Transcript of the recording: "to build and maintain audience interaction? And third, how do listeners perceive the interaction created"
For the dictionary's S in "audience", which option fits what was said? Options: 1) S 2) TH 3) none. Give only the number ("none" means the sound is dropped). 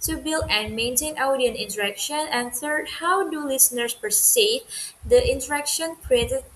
3